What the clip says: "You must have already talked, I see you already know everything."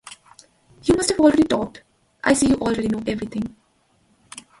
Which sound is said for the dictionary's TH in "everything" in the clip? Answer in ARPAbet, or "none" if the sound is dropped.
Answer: T